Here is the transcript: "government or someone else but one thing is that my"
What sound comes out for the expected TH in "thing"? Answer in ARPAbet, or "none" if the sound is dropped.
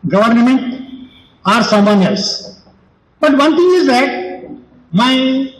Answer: T